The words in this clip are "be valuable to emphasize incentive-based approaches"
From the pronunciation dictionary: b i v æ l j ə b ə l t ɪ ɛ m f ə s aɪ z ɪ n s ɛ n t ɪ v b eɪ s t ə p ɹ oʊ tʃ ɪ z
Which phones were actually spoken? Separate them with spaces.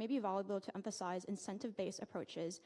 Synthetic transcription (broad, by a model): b i v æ l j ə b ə l t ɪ ɛ m f ə s aɪ z ɪ n s ɛ n t ɪ v b eɪ s ə p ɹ oʊ tʃ ɪ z